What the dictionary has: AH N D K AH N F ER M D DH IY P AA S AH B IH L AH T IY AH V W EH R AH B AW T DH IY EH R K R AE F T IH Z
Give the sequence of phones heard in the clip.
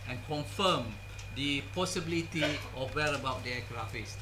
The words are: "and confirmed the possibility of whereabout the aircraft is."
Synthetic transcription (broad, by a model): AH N K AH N F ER M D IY P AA S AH B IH L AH T IY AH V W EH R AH B AW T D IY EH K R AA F IH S